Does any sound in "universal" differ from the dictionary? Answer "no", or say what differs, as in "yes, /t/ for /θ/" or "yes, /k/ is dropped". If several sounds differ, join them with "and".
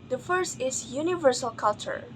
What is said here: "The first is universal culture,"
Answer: no